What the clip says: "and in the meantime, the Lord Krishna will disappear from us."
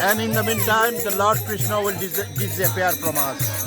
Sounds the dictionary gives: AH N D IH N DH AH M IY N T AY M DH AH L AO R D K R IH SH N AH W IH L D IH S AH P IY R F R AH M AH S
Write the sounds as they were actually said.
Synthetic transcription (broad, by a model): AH N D IH N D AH M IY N T AY M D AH L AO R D K R IH SH N AH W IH L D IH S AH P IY R P R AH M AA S